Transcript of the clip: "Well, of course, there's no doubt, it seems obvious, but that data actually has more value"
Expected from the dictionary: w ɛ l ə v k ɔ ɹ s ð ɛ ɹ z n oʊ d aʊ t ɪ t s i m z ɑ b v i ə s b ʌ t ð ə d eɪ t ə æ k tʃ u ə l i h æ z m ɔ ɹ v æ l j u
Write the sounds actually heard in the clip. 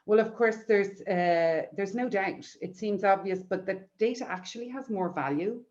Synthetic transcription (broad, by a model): w ɛ l ə v k ɔ ɹ s ð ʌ ɹ z n oʊ d aʊ t ɪ t s i m z ɑ b v i ə s b ʌ t ð ə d eɪ t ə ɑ k tʃ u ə l i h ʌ z m ɔ ɹ v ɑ l j u